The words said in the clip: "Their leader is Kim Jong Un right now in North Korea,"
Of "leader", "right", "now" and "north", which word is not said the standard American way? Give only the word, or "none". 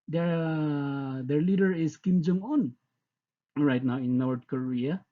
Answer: north